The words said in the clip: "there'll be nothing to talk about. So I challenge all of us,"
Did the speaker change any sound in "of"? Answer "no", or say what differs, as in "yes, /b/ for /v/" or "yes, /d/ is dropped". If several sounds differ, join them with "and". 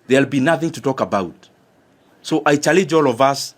no